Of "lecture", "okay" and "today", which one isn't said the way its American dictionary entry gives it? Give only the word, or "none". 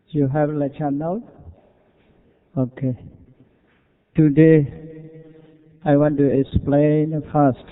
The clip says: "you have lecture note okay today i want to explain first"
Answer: lecture